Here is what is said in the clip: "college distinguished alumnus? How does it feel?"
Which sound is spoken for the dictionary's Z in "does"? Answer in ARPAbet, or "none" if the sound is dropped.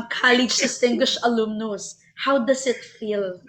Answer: S